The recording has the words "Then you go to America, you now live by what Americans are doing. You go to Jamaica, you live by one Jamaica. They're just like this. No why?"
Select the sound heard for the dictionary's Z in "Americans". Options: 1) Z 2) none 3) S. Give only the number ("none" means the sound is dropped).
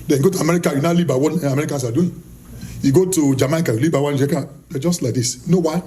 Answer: 3